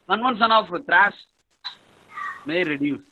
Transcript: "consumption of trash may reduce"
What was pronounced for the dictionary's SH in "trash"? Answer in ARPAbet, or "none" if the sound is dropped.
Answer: S